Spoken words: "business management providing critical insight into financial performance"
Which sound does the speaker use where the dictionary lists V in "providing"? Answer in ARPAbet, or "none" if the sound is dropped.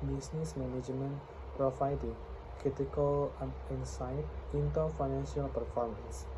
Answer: F